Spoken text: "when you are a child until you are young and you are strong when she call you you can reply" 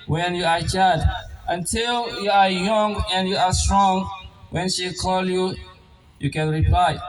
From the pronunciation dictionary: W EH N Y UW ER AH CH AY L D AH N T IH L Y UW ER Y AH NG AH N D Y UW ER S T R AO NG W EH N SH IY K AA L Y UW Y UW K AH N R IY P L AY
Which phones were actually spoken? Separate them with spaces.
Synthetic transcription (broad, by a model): W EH N Y UW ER AH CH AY D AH N T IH L Y UW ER Y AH NG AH N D Y UW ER S T R AO NG W EH N SH IY K AA L Y UW Y UW K AH N R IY P L AY